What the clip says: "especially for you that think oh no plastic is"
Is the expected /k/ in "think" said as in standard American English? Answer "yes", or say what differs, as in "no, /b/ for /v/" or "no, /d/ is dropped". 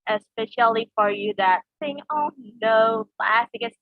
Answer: no, /k/ is dropped